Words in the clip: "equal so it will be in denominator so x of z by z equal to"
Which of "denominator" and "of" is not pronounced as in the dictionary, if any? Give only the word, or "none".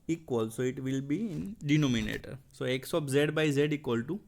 of